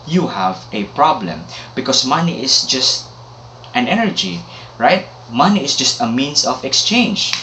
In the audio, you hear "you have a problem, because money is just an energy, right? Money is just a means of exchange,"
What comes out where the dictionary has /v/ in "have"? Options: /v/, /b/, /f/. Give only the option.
/v/